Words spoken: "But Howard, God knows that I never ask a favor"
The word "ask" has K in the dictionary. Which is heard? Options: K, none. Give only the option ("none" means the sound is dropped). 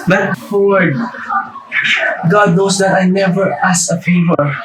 none